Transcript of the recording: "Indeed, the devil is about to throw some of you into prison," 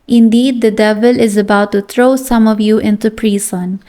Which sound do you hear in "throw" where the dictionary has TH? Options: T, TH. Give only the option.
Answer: T